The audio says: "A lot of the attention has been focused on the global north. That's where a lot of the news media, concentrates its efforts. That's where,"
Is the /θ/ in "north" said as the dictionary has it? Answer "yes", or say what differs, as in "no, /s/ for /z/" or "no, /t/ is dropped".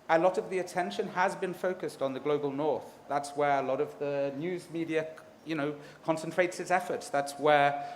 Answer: yes